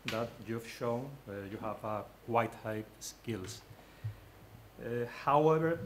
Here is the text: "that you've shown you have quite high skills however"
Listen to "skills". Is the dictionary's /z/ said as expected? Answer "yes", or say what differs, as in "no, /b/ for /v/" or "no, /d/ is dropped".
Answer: no, /s/ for /z/